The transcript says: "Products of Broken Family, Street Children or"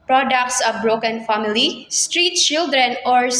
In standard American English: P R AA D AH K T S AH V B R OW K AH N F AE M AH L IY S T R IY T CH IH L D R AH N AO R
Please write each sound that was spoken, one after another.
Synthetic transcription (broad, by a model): P R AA D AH K T S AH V B R OW K AH N F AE M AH L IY S T R IY T CH IH L D R AH N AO R